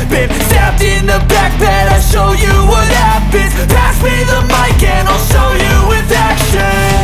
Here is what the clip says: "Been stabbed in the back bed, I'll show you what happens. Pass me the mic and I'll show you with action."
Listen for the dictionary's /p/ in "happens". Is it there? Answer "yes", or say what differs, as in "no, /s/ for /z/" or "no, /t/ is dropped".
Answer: no, /b/ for /p/